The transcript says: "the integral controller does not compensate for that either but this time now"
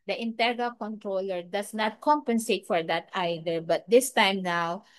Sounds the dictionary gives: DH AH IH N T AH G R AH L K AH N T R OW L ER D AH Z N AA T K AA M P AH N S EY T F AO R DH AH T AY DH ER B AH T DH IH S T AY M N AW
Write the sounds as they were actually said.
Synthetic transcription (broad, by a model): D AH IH N T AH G AH L K AH N T R OW L ER D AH S N AA T K AA M P AH N S EY T F AO R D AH T AY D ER B AH T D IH S T AY M N AW